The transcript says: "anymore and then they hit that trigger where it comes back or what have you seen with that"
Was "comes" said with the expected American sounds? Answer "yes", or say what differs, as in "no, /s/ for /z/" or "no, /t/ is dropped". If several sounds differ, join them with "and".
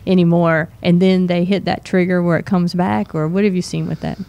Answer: yes